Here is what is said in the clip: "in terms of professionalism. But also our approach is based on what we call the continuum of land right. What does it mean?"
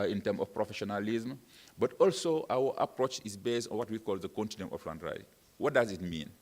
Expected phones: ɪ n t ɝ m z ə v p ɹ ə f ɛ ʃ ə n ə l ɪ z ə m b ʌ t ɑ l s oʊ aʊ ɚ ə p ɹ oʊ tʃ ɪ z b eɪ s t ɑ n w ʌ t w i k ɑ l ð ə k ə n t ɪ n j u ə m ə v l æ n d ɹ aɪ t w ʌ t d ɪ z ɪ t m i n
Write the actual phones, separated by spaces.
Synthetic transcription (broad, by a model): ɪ n t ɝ m ə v p ɹ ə f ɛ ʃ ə n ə l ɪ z m b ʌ t ɑ l s oʊ aʊ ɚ ə p ɹ oʊ tʃ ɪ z b eɪ s t ɑ n w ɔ t w i k ɑ l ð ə k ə n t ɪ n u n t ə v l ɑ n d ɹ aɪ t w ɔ t d ɪ z ɪ t m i n